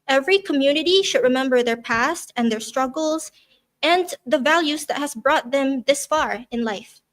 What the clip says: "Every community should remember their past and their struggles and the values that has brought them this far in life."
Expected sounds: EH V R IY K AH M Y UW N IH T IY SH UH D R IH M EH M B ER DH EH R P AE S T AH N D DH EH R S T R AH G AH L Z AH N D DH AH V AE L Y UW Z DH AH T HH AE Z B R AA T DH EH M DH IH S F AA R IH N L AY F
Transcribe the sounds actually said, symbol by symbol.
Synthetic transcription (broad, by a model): EH V R IY K AH M Y UW N IH T IY SH UH D R IH M EH M B ER DH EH R P AE S T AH N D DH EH R S T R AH G L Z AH N DH AH V AE L Y UW Z DH AH T HH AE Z B R AA T DH EH M DH IH S F AA R IH N L AY F